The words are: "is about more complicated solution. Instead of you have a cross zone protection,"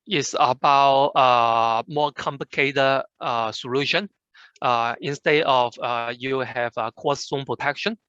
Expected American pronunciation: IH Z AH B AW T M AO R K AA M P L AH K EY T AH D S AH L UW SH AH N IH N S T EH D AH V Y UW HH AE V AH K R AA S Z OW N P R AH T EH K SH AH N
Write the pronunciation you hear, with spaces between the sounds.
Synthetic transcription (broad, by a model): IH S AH B AW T M AO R K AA M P L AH K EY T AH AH S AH L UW SH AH N IH N S T EH D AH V Y UW HH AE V AH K AA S S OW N P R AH T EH K SH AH N